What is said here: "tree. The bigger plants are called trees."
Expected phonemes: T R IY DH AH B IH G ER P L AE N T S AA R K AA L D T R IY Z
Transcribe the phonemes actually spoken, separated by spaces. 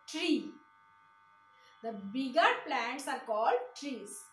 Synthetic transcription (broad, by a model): T R IY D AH B IH G ER P L AE N T S AA R K AA L D T R IY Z